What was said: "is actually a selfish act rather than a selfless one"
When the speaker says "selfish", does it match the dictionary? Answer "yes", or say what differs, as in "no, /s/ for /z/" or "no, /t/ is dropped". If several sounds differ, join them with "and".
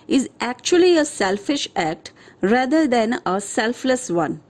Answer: yes